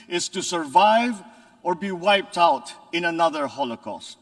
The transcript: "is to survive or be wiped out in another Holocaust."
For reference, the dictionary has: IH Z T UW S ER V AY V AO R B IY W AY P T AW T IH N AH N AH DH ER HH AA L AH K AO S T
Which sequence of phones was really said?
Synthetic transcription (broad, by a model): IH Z T UW S ER V AY V AO R B IY W AY P T AW T IH N AH N AH DH ER HH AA L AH K AO S T